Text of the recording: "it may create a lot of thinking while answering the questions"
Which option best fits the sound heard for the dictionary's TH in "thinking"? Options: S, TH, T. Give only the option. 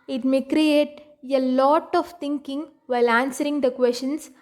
T